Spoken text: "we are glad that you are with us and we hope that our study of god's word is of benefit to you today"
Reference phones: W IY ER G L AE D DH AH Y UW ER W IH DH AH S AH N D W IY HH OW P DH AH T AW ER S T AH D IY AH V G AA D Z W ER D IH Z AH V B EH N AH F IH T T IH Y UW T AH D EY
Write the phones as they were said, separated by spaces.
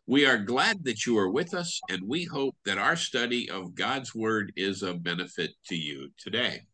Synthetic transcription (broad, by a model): W IY ER G L AE D DH AH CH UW ER W IH DH AH S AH N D W IY HH OW P DH AH T AW ER S T AH D IY AH V G AA D Z W ER D IH Z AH B EH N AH F IH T T IH Y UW T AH D EY